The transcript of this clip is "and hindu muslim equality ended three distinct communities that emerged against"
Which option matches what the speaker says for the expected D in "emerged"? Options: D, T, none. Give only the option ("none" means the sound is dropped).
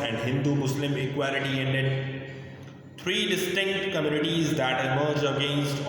none